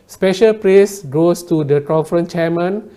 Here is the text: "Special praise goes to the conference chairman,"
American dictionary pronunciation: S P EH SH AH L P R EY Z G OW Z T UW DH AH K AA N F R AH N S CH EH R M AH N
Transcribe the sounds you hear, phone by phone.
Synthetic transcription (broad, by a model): S P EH SH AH L P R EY S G OW S T UW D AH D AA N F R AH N CH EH M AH N